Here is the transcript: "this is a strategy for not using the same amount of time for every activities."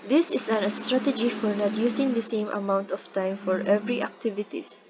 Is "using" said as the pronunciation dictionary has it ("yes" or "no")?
no